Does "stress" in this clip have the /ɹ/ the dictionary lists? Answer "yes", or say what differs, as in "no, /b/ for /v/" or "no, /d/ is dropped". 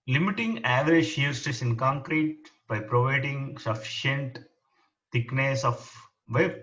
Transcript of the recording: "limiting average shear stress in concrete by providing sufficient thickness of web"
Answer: no, /ɹ/ is dropped